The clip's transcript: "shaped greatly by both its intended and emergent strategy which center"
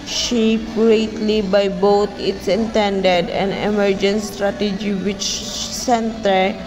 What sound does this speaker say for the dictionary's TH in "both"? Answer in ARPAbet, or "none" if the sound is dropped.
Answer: T